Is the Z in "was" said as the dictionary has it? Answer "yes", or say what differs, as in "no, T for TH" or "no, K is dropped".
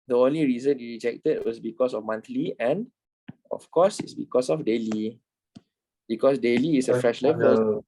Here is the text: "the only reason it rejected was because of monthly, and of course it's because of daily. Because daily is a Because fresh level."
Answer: no, S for Z